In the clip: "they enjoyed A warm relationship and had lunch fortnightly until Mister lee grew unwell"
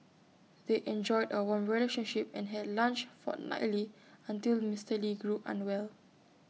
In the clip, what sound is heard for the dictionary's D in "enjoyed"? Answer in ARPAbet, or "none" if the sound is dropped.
D